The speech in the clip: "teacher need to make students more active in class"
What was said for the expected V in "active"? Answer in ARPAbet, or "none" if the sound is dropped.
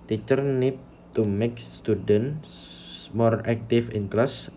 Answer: F